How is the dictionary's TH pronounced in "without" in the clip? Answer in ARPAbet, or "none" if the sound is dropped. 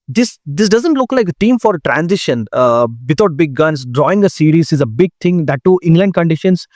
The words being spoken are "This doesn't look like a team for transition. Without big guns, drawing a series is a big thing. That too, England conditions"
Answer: T